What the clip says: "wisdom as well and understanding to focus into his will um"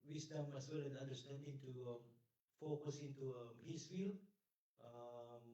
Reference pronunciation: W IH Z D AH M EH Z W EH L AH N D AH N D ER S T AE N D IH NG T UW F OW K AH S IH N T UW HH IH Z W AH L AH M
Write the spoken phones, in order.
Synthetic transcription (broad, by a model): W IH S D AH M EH S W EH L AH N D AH N D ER S T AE N D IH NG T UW F OW K AH S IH N T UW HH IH S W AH L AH M